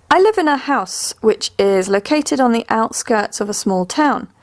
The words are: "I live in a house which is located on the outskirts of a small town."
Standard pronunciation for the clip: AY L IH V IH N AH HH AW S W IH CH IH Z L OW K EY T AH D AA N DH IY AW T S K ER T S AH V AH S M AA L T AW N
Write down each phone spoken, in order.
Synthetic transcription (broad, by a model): AY L IH V IH N AH HH AW S W IH CH IH Z L OW K EY T AH D N DH IY AW T S K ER T S AH V AH S M AA L T AW N